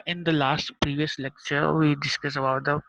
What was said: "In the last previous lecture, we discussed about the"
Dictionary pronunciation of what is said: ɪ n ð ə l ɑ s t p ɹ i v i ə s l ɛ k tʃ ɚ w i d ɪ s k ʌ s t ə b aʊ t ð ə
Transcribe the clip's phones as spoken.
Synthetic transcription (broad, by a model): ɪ n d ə l ɑ s t p ɹ i v i ə s l ɛ k tʃ ɚ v i d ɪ s k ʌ s ə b aʊ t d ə